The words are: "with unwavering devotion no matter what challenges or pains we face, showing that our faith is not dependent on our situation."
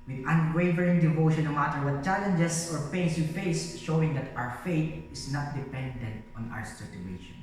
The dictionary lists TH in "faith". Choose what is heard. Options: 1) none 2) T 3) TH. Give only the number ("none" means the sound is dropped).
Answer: 2